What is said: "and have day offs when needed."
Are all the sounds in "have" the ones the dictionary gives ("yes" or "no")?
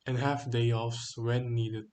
no